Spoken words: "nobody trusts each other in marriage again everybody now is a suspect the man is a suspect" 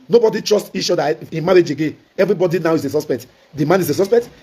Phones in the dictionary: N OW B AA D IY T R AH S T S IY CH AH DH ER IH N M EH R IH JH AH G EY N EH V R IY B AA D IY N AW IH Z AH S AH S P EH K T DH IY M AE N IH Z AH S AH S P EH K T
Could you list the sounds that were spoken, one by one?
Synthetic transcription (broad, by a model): N OW B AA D IY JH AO S T IY SH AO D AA IH N M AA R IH JH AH G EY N EH V R IY B AA D IY N AW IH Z AH S AH S P EH K T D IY M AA N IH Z AH S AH S P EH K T